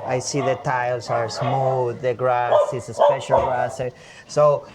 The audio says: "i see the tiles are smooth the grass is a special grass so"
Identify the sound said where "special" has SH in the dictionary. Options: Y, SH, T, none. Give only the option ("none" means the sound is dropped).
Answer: SH